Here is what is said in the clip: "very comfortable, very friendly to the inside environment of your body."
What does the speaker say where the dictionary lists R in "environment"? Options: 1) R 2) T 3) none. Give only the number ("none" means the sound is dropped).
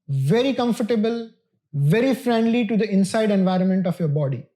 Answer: 1